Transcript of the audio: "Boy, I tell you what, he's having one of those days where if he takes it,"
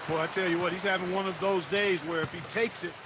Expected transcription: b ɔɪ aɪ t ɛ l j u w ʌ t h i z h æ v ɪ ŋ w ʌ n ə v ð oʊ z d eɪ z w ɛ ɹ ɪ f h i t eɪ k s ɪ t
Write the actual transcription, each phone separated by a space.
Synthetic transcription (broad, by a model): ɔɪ aɪ t ɛ l j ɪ w ʌ t h i z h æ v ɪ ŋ w ʌ n ə v ð oʊ z d eɪ z w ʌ ɹ ɪ f h i t eɪ k s ɪ t